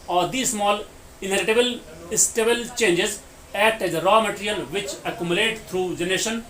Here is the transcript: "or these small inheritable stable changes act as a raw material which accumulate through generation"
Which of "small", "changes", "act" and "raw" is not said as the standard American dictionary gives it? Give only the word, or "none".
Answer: act